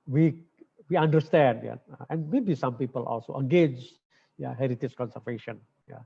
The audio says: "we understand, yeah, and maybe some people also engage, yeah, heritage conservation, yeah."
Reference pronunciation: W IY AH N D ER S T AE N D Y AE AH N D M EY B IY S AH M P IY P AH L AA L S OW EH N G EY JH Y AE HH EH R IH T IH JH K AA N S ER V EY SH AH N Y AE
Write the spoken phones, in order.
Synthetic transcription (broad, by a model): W IY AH N D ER S T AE N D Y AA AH N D M EY B IY S AH M P IY P AH L AA L S OW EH G EY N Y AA HH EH R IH T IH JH K AA N S ER V EY SH AH N Y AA